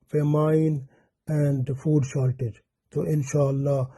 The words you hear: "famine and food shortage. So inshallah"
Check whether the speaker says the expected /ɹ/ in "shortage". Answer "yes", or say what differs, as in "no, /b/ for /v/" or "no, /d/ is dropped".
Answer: no, /l/ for /ɹ/